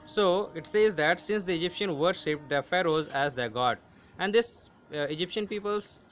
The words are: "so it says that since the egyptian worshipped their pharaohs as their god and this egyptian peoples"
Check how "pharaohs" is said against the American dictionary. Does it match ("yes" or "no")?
yes